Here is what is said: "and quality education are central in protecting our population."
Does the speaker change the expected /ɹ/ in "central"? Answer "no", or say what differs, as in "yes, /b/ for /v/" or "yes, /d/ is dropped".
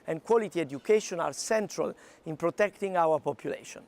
no